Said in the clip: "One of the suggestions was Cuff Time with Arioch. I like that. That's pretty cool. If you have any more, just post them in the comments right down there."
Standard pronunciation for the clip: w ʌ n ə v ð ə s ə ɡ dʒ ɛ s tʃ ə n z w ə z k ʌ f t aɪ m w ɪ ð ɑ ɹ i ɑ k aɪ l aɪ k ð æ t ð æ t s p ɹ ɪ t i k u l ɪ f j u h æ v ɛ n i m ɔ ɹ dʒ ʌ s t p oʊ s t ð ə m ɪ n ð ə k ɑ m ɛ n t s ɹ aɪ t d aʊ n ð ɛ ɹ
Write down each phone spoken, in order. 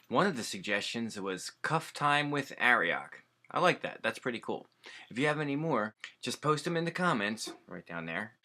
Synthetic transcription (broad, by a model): w ʌ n ə v ð ə s ə ɡ dʒ ɛ s tʃ ə n z w ə z k ʌ f t aɪ m w ɪ ð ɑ ɹ i ɑ k aɪ l aɪ k ð æ t ð æ t s p ɹ ɪ t i k u l ɪ f j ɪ v ɛ n i m ɔ ɹ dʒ ʌ s p oʊ s t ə m ɪ n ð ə k ɑ m ɛ n t s ɹ aɪ t d aʊ n ð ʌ ɹ